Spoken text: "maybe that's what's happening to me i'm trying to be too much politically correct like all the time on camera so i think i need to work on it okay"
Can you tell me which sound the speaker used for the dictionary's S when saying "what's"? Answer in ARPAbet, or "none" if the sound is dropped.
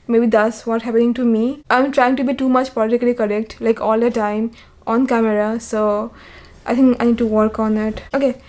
none